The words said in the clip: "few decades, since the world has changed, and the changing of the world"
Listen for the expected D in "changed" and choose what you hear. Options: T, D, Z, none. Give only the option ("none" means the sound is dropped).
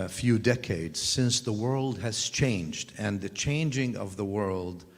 D